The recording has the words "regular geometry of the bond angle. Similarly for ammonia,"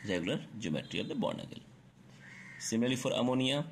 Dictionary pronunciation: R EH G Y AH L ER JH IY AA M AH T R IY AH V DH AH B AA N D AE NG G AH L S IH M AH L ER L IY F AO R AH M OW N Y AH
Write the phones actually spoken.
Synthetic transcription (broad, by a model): R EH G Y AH L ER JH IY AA M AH T R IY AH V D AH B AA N AH G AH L S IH M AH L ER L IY F AO R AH M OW N Y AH